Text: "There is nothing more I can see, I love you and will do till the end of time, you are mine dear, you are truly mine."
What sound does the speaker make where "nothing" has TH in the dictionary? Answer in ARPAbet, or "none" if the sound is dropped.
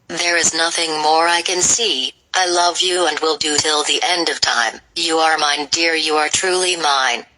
TH